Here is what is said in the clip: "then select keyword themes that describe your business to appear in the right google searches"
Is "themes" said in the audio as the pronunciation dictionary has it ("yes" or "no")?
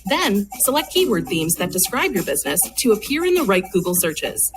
yes